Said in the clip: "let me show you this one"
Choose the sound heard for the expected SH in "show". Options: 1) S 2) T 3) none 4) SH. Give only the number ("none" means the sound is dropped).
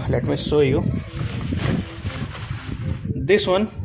1